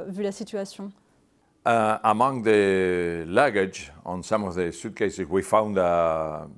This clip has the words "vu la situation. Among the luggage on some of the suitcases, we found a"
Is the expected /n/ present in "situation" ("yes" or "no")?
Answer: no